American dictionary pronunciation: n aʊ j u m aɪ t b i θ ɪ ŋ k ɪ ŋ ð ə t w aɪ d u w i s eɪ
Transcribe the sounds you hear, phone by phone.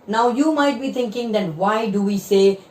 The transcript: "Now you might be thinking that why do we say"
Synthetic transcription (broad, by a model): n aʊ j u m aɪ t b i t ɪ ŋ k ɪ ŋ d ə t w aɪ d u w i s eɪ